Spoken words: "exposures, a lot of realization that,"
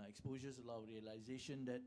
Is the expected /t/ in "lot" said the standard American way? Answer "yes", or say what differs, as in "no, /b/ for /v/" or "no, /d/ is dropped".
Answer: no, /t/ is dropped